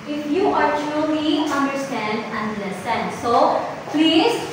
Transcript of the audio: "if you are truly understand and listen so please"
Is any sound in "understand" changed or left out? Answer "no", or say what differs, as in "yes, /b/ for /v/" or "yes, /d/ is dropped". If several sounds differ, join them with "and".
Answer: no